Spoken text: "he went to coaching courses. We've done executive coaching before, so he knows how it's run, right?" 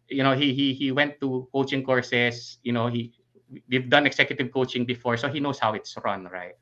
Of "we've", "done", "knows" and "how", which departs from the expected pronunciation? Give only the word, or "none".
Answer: knows